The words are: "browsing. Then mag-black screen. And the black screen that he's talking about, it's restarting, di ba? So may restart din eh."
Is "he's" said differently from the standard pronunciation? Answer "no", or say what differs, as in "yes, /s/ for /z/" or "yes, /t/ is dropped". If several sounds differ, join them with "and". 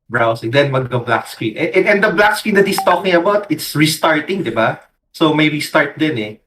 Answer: yes, /s/ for /z/